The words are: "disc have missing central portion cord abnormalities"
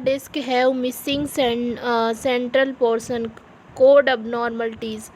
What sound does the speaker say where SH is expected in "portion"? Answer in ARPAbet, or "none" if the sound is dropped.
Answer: S